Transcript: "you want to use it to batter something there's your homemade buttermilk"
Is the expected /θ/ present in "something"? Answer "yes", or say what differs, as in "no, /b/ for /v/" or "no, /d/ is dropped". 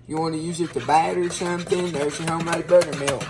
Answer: yes